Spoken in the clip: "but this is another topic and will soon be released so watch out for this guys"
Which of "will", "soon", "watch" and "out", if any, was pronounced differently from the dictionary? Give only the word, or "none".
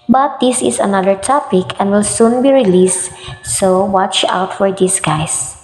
none